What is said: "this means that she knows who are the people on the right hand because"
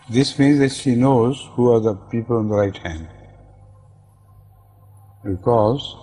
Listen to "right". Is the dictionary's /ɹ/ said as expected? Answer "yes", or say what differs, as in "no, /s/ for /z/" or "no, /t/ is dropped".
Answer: yes